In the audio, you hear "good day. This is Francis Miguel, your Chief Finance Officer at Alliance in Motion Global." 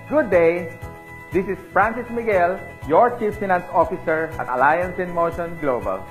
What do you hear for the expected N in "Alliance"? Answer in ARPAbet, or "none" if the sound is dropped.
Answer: N